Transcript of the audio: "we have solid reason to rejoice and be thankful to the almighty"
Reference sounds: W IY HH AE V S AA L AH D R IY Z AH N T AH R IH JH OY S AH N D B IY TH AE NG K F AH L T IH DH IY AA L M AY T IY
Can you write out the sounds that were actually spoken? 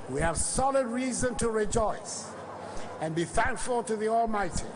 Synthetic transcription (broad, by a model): W IY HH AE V S AA L AH D R IY Z AH N T AH R IH JH OY S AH N B IY TH AE NG K F AH L T IH DH IY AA L M AY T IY